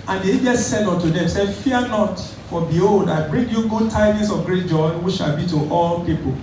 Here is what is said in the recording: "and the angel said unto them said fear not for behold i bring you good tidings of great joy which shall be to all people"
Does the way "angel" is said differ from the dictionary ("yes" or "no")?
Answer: yes